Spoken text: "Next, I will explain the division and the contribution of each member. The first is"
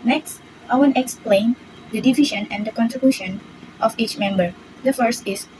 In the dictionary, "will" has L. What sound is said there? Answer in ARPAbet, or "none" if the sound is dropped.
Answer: N